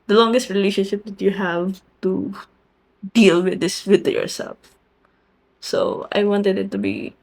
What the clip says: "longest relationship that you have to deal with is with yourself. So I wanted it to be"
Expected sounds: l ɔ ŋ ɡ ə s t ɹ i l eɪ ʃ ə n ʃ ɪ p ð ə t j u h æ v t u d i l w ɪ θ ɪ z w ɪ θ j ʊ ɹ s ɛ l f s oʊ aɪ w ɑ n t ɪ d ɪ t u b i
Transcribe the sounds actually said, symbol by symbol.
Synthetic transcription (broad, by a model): l ɔ ŋ ɡ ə s t ɹ i l eɪ ʃ ə n ʃ ɪ p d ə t j u h æ v t u d i l w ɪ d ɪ s w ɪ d j ʊ ɹ s ɛ l f s oʊ aɪ w ɑ n t ɪ d ɪ t u b i